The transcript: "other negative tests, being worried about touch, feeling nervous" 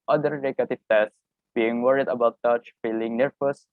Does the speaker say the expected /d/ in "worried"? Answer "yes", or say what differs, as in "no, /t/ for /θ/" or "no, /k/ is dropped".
yes